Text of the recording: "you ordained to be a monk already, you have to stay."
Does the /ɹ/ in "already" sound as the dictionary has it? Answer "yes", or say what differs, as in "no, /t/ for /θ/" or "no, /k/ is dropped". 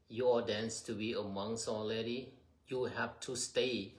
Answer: no, /l/ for /ɹ/